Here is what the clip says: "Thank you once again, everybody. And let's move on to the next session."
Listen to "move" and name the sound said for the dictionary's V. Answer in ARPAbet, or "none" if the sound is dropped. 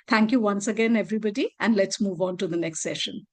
V